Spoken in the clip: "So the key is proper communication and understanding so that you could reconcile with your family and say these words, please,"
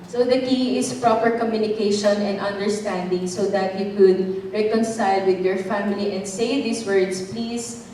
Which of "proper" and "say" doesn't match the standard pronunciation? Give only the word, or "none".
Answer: none